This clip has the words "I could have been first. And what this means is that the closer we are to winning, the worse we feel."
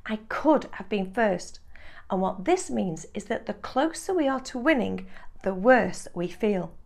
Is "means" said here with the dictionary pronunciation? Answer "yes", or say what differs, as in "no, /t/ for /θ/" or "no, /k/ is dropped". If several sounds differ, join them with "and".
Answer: yes